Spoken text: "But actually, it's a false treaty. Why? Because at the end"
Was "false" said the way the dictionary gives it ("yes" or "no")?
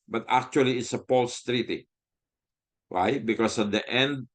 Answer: no